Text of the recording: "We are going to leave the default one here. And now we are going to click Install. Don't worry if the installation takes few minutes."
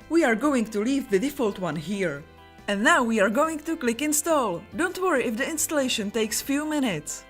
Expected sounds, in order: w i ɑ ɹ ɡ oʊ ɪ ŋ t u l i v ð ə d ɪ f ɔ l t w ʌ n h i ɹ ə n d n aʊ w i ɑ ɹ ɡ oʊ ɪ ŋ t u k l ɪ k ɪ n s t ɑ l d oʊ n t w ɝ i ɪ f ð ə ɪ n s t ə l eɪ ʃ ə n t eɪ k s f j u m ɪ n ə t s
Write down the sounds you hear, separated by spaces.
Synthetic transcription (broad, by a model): w i ɑ ɹ ɡ oʊ ɪ ŋ t u l i v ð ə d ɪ f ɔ l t w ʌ n h i ɹ ə n d n aʊ w i ɑ ɹ ɡ oʊ ɪ ŋ t u k l ɪ k ɪ n s t ɑ l d oʊ n t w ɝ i ɪ f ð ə ɪ n s t ə l eɪ ʃ ə n t eɪ k s f j u m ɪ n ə t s